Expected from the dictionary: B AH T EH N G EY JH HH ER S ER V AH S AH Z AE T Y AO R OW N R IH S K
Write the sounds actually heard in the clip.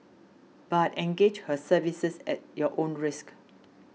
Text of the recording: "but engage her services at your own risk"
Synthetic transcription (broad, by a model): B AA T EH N G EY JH HH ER S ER V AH S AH S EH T Y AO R OW N R IH S K